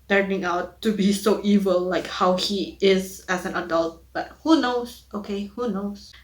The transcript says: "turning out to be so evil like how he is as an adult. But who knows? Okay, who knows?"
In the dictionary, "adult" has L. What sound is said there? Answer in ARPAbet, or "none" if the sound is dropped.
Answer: L